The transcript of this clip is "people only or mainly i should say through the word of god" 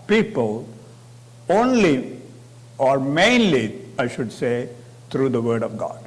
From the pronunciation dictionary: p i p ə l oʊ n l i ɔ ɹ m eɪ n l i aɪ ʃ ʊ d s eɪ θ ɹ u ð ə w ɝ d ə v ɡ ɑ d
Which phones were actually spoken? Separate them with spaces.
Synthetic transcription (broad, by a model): p i p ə l oʊ n l i ɔ ɹ m eɪ n l i aɪ ʃ ʊ d s eɪ t ɹ u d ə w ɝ d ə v ɡ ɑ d